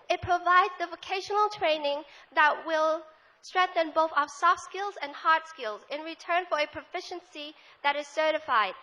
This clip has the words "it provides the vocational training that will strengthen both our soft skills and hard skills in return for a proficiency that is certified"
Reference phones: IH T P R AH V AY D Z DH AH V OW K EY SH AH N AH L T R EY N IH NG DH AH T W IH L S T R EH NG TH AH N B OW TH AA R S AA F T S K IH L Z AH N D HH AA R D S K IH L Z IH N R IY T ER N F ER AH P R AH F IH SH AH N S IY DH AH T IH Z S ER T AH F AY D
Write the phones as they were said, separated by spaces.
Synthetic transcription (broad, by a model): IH T P R AH V AY D Z DH AH V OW K EY SH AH N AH L T R EY N IH NG DH AH T W IH L S T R EH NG TH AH N B OW TH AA S AA F T S K IH L Z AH N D HH AA R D S K IH L Z IH N R IY T ER N F ER AH P R AH F IH SH AH N S IY DH AH T IH Z S ER T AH F AY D